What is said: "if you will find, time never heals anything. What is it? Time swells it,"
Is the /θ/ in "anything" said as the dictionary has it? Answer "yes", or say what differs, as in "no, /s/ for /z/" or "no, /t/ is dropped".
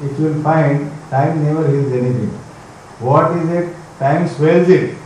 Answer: no, /t/ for /θ/